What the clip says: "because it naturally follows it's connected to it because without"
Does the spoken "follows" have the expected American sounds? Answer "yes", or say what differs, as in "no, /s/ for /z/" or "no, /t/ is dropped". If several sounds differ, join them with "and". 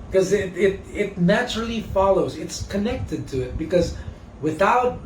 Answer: yes